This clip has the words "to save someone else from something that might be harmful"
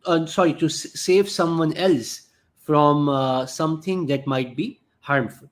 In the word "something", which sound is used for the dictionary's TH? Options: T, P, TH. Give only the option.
T